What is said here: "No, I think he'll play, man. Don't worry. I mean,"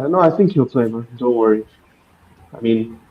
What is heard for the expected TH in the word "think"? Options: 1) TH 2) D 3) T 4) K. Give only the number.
1